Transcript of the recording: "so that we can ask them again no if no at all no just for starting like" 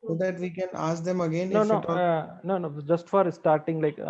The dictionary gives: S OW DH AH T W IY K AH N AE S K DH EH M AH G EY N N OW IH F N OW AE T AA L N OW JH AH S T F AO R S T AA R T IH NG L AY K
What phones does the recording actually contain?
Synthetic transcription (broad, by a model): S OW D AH T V IY K AH N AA S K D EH M AH G EY N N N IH N OW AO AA N N OW JH AH S T F AO R S T AA R T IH NG L AY K